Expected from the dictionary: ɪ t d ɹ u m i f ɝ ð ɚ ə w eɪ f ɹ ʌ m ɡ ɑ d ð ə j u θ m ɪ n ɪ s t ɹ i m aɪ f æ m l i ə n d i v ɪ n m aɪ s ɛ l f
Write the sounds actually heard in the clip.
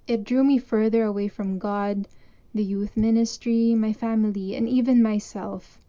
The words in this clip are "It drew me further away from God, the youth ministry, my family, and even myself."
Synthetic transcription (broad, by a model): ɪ t d ɹ u m i f ɝ ð ɚ ə w eɪ f ɹ ʌ m ɡ ɑ d ð ə j u θ m ɪ n ɪ s t ɹ i m aɪ f æ m l i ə n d i v ɪ n m aɪ s ɛ l f